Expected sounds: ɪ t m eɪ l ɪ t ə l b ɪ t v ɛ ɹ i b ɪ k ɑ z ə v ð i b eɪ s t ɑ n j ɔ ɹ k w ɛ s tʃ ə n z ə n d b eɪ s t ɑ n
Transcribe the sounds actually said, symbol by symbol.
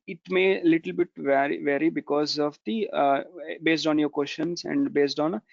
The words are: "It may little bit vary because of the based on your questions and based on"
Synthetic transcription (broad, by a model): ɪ t m eɪ l ɪ t ə l b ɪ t v ɛ ɹ i b ɪ k ɑ z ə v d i b eɪ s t ɑ n j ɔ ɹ k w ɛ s ʃ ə n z ə n d b eɪ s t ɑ n